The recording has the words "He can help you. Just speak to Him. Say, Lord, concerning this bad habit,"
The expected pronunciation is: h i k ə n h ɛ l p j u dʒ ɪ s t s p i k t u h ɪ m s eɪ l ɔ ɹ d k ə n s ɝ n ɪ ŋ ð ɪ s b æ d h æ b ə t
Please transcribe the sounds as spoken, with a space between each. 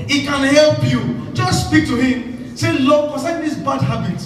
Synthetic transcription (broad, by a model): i k ə n h ɛ l p j u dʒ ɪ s s p i k t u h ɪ m s eɪ l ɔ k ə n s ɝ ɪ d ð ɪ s b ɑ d h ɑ b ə t